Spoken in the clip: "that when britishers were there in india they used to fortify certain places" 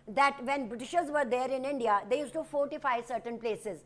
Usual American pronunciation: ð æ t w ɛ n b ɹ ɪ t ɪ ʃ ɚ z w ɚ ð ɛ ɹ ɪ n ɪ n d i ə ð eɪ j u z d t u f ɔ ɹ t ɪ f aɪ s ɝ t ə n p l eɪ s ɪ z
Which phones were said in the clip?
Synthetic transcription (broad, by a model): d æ t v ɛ n b ɹ ɪ t ɪ ʃ ɚ z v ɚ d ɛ ɹ ɪ n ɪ n d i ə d eɪ j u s t u f ɔ ɹ t ɪ f aɪ s ɝ t ə n p l eɪ s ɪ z